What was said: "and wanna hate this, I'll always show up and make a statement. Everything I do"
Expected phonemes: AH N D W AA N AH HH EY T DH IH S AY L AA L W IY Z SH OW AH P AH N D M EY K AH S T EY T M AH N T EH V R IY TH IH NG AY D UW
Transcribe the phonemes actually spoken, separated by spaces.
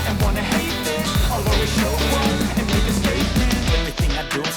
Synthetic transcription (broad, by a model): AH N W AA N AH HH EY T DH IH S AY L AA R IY SH OW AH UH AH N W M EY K AH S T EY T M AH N EH V R IY TH IH NG AY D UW